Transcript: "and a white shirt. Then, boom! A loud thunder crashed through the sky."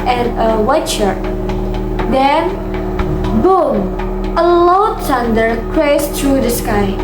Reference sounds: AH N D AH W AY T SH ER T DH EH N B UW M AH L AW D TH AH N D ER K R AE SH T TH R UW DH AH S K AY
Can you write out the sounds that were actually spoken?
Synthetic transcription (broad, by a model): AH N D AH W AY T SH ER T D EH N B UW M AH L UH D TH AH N D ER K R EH S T R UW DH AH S K AY